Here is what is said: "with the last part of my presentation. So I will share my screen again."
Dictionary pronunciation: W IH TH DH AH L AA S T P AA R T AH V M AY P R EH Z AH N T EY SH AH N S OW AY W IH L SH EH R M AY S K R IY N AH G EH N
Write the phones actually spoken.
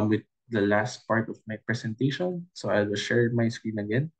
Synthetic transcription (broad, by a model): W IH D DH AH L AA S T P AA R T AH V M AY P R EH S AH N T EY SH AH N S OW AY W IH L SH EH R M AY S K R IY N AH G EH N